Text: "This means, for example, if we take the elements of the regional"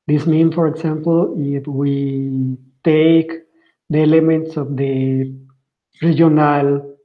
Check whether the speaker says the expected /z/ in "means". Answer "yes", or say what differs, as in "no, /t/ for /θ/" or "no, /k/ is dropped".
no, /z/ is dropped